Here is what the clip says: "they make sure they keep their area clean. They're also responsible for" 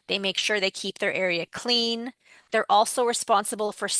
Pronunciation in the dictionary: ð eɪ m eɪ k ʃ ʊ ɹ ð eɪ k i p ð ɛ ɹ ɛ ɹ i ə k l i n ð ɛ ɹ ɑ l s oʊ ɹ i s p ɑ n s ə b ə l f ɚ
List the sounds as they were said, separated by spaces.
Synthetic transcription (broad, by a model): ð eɪ m eɪ k ʃ ʊ ɹ ð eɪ k i p ð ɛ ɹ ɛ ɹ i ə k l i n ð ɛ ɹ ɑ l s oʊ ɹ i s p ɑ n s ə b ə l f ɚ